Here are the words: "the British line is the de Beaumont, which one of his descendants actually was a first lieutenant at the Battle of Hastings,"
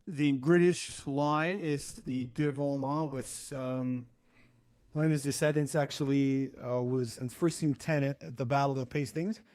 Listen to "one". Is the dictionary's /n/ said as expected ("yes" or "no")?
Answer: no